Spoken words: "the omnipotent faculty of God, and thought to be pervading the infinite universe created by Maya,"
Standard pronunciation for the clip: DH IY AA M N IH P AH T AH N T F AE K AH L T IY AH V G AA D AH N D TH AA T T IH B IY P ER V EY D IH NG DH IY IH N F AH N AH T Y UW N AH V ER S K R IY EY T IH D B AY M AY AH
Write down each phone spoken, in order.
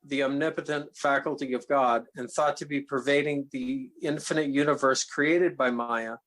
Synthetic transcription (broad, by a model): DH IY AA M N IH P AH T AH N T F AE K L T IY AH V G AA D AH N TH AA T T IH B IY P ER V EY D IH NG DH IY IH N F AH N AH T Y UW N AH V ER S K R IY EY T IH D B AY M AY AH